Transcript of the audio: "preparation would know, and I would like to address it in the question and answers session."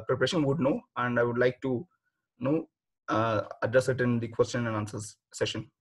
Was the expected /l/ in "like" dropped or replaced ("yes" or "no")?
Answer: no